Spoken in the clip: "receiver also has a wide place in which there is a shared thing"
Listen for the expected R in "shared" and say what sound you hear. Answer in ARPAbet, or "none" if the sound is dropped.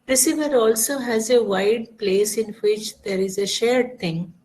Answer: R